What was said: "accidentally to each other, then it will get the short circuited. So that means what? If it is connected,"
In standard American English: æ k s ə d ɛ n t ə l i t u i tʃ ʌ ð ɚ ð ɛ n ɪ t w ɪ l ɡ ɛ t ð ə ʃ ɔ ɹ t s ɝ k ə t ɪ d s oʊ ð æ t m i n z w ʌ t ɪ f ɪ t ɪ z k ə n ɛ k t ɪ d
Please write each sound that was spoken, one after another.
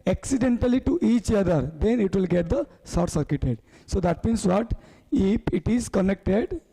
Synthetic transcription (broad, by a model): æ k s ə d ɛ n t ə l i t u i tʃ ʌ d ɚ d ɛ n ɪ t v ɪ l ɡ ɛ t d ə s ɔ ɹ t s ɝ k ə t ɪ d s oʊ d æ t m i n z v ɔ t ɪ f ɪ t ɪ z k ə n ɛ k t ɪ d